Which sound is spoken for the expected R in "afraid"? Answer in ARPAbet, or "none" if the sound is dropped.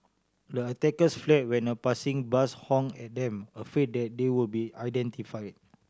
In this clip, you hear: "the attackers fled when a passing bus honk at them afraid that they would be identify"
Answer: none